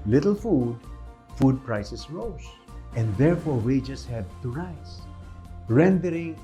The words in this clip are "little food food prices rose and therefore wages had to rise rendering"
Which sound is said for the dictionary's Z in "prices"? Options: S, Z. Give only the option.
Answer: S